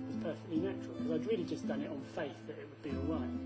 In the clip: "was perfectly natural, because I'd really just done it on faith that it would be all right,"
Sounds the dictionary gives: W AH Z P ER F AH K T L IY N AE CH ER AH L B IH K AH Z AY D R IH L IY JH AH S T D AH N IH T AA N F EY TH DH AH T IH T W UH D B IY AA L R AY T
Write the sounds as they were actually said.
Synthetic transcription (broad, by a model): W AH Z P ER F AH K T L IY N AE CH ER AH L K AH Z AY D R IH L IY JH AH S D AH N IH T N F EY TH DH AH T IH T W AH D B IY AA L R AY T